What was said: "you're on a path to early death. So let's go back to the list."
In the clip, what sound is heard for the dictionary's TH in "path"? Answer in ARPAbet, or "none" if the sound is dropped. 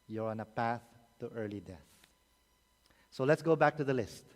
TH